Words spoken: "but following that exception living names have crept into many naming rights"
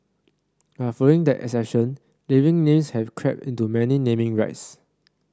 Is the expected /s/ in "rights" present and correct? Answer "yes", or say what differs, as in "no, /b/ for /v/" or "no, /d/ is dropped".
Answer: yes